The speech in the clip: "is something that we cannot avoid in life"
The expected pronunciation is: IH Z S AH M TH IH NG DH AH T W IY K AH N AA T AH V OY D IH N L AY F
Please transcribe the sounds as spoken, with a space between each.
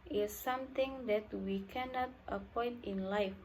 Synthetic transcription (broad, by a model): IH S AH M T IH NG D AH T W IY K AH N AA T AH P OY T IH N L AY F